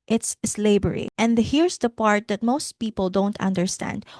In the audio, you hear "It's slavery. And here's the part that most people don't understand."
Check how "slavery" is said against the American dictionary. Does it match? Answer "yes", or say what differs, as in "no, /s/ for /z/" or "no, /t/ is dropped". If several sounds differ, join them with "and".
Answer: no, /b/ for /v/